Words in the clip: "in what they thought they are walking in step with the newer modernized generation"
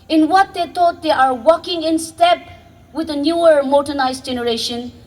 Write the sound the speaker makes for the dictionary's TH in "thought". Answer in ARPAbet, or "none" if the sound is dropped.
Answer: T